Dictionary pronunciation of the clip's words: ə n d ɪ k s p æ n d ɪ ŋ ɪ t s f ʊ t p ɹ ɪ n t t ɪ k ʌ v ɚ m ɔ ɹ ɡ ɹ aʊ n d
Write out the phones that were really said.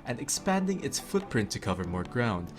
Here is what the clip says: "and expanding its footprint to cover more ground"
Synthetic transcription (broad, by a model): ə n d ɪ k s p æ n d ɪ ŋ ɪ t s f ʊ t p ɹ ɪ n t t ɪ k ʌ v ɚ m ɔ ɹ ɡ ɹ aʊ n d